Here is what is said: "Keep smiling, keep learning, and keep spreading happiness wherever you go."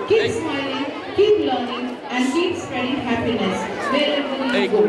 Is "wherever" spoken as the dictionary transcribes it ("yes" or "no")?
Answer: no